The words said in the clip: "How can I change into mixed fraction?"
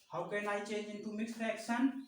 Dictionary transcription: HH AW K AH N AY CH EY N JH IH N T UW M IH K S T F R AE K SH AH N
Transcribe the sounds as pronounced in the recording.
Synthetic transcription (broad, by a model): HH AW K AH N AY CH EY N IH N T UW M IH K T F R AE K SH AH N